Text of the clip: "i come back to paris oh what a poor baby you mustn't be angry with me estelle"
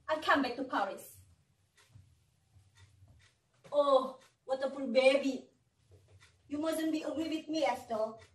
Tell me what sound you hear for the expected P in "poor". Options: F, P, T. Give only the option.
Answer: F